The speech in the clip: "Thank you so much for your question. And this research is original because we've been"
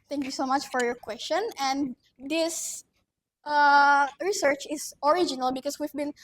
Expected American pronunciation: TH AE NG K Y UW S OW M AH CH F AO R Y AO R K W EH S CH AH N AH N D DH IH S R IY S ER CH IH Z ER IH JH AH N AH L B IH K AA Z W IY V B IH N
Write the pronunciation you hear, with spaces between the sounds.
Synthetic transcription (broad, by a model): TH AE NG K Y UW S OW M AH CH F AO R Y AO R K W EH S CH AH N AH N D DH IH S R IY S ER CH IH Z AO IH JH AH N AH L B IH K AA S W IY V B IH N